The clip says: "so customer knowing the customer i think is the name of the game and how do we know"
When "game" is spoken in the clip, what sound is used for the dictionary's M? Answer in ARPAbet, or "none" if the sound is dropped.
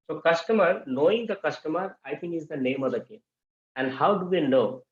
none